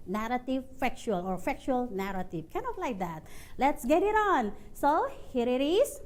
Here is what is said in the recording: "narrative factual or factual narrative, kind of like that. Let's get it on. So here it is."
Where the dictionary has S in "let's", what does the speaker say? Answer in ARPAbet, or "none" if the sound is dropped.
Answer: S